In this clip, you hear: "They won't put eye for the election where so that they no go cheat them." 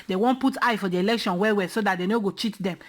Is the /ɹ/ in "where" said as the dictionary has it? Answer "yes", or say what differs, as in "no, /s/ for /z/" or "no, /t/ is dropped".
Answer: no, /w/ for /ɹ/